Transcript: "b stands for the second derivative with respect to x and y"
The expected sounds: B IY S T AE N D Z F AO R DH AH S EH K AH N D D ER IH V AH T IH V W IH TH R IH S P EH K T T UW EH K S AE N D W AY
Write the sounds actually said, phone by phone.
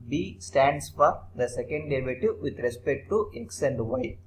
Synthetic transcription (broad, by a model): B IY S T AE N D S F AO R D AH S EH K AH N D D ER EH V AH T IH V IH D R IH S P EH K T T UW EH K S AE N D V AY